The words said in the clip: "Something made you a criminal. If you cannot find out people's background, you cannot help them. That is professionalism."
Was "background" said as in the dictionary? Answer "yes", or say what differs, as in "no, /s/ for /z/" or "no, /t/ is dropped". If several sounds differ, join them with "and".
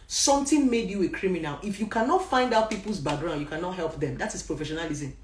no, /k/ is dropped